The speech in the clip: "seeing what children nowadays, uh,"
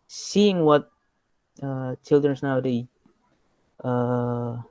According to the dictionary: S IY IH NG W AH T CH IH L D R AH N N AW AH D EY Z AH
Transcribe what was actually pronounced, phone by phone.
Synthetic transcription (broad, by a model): S IY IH NG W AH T CH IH L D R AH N N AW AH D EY AH